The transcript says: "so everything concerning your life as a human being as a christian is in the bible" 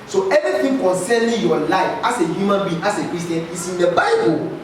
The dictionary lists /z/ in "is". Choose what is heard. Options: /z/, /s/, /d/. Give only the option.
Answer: /s/